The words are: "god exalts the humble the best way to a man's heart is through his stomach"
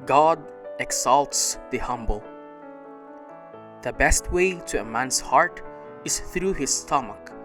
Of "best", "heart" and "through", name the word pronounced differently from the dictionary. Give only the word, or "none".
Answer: none